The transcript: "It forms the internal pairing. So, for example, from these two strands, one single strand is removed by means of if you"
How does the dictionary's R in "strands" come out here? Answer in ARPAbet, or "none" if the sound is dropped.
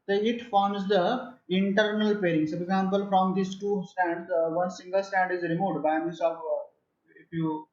none